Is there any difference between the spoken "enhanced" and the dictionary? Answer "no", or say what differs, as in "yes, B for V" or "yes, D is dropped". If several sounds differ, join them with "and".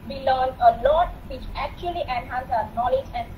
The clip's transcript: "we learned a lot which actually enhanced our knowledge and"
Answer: yes, T is dropped